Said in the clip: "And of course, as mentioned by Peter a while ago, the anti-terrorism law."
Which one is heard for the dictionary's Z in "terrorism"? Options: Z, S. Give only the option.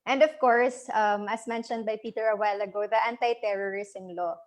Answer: S